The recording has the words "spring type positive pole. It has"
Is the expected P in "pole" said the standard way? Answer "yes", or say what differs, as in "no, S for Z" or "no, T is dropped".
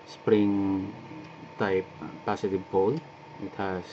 no, B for P